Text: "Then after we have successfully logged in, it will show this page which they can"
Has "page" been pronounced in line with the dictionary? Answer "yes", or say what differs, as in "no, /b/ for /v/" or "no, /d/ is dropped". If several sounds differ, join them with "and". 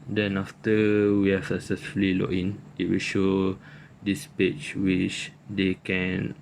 no, /tʃ/ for /dʒ/